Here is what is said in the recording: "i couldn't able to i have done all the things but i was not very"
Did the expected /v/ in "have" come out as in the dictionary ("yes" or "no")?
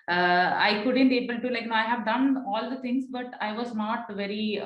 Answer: yes